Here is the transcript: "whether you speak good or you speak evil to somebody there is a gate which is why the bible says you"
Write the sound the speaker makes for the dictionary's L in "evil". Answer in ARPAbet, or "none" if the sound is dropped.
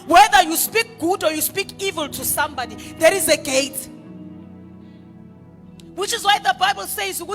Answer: L